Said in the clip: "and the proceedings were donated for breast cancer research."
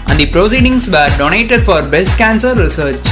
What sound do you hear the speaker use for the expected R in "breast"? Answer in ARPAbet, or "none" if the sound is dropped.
none